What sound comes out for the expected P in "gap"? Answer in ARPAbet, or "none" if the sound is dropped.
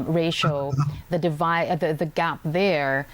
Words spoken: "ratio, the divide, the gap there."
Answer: P